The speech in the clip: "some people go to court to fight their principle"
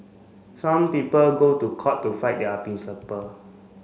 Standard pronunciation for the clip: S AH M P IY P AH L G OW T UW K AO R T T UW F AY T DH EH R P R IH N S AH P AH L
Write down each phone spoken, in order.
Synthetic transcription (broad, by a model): S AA M P IY P AH L G OW T UW K AO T T UW F AY T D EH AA P IY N S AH P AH